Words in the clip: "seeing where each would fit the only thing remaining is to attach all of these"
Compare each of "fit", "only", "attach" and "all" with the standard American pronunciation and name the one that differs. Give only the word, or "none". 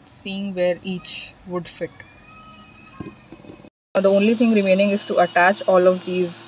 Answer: none